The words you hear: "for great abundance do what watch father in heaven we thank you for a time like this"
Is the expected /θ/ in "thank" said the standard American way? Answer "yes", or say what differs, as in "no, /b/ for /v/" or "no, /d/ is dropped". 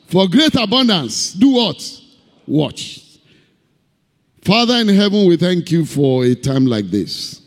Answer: yes